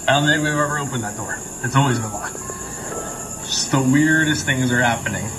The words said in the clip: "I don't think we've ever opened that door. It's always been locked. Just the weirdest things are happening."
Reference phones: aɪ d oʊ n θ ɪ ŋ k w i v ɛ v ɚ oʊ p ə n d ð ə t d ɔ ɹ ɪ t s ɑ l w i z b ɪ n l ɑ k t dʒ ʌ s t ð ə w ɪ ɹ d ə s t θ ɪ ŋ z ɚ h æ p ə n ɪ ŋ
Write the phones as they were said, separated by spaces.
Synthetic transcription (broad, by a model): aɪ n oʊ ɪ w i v ɛ v ɚ oʊ p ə n ð ə t d ɔ ɹ ɪ t s ɑ l w i z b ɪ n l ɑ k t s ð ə w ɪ ɹ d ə s θ ɪ ŋ z ɚ h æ p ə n ɪ ŋ